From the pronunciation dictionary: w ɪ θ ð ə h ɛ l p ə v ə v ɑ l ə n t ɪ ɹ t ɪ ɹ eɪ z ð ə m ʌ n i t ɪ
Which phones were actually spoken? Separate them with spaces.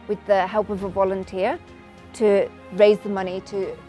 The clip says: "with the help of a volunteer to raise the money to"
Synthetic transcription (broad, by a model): w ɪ ð ə h ɛ l p ə v ə v ɑ l ə n t ɪ ɹ t ɪ ɹ eɪ z ð ə m ʌ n i t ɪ